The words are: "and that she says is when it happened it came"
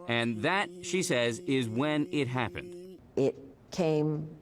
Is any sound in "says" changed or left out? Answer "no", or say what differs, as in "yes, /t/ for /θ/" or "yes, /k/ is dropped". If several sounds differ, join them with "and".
no